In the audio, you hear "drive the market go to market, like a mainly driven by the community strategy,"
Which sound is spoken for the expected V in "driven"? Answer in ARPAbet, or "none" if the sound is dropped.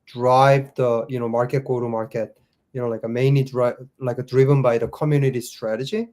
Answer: V